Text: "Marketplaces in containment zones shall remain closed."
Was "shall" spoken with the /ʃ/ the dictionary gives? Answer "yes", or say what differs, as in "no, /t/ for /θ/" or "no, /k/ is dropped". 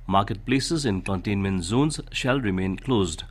yes